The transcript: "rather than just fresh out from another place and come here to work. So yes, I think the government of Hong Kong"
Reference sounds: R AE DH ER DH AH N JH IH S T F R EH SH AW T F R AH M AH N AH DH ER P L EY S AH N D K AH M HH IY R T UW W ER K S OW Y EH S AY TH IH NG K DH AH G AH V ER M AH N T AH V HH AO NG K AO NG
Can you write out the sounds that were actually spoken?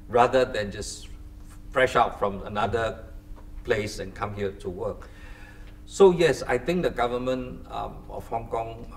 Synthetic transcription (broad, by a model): R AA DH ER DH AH N JH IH S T F R EH SH AW T F R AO M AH N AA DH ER P L EY S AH N K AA M HH IY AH T UW W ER K S OW Y EH S AY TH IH NG K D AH G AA V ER M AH N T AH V HH AO NG K AO NG